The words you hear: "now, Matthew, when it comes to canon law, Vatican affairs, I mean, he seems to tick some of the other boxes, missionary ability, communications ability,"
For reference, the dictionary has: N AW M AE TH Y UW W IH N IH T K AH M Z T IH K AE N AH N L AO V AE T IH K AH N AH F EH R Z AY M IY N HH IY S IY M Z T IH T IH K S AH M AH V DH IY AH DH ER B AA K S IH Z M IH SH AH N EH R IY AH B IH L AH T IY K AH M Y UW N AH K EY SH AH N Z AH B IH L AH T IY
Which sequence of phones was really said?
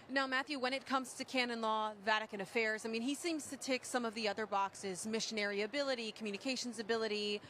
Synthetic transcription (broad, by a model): N AW M AE TH Y UW W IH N IH T K AH M Z T IH K AE N AH N L AO V AE T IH K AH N AH F EH R Z AY M IY N IY S IY M Z T IH T IH K S AH M AH V DH IY AH DH ER B AA K S IH Z M IH SH AH N EH R IY AH B IH L AH T IY K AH M Y UW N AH K EY SH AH N Z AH B IH L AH T IY